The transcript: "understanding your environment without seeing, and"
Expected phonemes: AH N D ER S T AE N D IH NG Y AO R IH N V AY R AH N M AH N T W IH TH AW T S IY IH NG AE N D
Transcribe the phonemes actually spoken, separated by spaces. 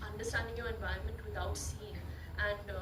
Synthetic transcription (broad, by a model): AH N D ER S T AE N D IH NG Y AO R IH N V AY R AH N M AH N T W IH T AW T S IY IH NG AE N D